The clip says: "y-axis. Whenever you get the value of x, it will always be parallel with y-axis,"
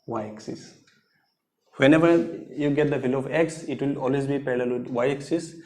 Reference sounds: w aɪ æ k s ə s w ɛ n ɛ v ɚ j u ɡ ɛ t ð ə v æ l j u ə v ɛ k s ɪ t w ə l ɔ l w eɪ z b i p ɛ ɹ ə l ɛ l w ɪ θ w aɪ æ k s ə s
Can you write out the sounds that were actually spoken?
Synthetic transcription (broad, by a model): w aɪ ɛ k s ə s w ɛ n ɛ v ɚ j u ɡ ɛ t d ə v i l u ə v ɛ k s ɪ t w ə l ɔ l w eɪ z b i p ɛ l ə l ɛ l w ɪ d w aɪ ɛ k s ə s